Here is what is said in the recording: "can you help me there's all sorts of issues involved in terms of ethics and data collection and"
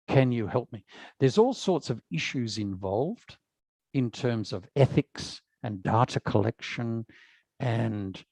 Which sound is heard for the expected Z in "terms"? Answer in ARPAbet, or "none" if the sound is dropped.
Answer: Z